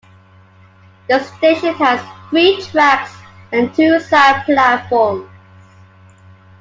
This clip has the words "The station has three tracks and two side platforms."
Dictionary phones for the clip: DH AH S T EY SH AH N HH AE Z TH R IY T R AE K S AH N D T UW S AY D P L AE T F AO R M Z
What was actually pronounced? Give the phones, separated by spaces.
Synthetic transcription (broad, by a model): DH AH S T EY SH AH N HH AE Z TH R IY T R AE K S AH N T UW S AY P L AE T F AO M